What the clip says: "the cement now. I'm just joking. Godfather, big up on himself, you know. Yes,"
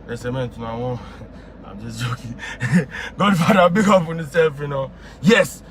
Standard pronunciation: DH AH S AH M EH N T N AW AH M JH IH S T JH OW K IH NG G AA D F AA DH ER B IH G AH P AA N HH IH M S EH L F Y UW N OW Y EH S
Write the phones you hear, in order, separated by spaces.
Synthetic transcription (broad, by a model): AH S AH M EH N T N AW AH M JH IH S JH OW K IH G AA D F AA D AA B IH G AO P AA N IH S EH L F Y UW N OW Y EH S